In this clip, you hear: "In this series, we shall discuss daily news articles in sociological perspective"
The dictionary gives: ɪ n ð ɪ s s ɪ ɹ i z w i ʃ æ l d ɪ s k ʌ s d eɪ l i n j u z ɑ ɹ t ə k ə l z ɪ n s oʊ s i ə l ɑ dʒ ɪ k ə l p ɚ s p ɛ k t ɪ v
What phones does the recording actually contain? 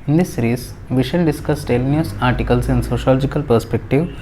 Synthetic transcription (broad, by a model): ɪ n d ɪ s s ɹ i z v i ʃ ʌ n d ɪ s k ʌ s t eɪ l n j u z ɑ ɹ t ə k ə l s ɪ n s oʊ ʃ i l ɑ dʒ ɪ k ə l p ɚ s p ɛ k t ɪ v